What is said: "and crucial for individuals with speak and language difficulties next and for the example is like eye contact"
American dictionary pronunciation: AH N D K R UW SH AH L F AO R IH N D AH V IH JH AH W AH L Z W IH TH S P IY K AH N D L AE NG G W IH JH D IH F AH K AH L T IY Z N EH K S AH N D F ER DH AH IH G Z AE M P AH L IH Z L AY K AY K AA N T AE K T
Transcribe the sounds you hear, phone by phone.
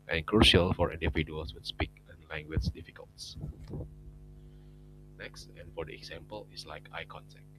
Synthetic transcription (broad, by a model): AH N K R UW SH AH L F AO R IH N D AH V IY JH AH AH L S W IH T S P IY K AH N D L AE NG G W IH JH D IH F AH K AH L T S N EH K S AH N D F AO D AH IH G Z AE M P AH L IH S L AY K AY K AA N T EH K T